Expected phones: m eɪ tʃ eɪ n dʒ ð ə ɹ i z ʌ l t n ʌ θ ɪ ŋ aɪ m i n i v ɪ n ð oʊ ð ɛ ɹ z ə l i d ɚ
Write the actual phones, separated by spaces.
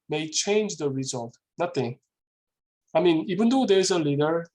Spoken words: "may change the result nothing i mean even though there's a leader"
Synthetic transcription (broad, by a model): m eɪ tʃ eɪ n dʒ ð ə ɹ i z ʌ l t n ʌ t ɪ aɪ m i n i b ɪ n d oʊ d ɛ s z ə l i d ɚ